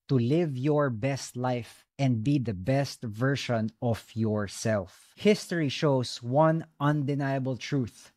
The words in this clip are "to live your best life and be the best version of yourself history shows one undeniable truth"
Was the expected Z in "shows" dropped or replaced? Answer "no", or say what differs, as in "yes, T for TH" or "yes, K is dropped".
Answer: yes, S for Z